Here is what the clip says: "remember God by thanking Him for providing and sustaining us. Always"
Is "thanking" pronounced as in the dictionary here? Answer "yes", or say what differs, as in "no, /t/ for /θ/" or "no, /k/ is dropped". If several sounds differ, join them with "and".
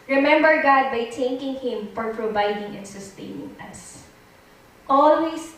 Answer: no, /t/ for /θ/